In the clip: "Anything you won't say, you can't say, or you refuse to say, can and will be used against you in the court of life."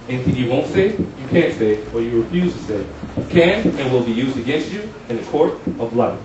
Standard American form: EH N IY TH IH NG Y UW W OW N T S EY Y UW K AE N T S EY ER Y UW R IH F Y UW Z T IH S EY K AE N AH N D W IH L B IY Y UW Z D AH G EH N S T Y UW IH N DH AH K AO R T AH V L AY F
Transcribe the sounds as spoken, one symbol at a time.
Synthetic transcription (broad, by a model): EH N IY TH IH NG Y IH W OW N T S EY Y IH K AE N T S EY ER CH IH R IH F Y UW Z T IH S EY K AE N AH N W IH L B IY Y UW Z D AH G EH N S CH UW IH N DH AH K AO R T AH V L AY